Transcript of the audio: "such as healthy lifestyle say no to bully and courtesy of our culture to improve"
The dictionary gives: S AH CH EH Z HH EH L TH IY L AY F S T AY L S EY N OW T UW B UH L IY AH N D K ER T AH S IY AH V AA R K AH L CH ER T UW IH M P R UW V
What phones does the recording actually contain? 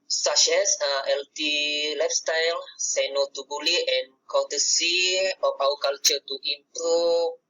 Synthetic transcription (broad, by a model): S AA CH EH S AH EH L T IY L AY F S T AY L S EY N OW T UW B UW L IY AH N K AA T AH S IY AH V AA W K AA L CH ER T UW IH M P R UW